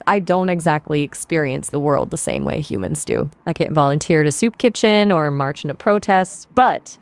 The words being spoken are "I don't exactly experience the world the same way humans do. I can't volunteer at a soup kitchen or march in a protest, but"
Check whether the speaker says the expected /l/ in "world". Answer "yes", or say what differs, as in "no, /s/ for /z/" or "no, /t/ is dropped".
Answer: yes